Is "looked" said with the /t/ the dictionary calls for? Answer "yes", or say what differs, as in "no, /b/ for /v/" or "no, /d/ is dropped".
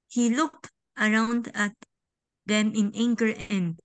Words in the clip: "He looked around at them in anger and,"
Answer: yes